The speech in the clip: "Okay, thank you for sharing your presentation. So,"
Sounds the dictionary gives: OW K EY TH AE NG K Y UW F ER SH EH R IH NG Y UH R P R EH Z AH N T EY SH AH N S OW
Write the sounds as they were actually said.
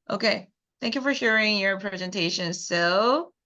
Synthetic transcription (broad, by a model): OW K EY TH AE NG K Y UW F ER SH EH R IH NG Y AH R P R EH Z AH N T EY SH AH N S OW